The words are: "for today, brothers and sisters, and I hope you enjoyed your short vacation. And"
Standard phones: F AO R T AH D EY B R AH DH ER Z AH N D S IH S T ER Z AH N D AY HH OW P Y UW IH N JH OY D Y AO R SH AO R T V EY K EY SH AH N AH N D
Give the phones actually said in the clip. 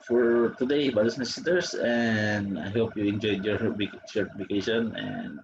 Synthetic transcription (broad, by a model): F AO R T AH D EY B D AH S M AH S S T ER S AH N D AY HH OW P Y UW IH N JH OY D Y AO R S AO R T F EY K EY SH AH N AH N D